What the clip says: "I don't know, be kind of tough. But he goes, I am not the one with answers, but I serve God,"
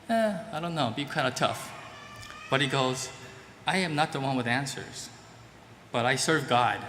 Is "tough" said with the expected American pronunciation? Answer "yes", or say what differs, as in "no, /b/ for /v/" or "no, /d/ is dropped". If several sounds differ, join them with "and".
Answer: yes